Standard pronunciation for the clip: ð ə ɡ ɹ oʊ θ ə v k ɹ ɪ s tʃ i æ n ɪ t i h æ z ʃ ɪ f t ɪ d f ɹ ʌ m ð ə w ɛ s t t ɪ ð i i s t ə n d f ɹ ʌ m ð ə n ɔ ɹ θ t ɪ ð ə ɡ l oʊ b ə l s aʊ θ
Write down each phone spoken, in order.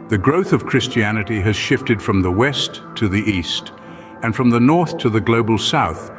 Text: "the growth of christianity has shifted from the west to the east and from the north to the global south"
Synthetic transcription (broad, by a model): ð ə ɡ ɹ oʊ θ ə v k ɹ ɪ s tʃ i æ n ɪ t i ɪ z ʃ ɪ f t ɪ d f ɹ ʌ m ð ə w ɛ s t t ɪ ð i i s t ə n f ɹ ʌ m ð ə n ɔ ɹ θ t ɪ ð ə ɡ l oʊ b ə l s aʊ θ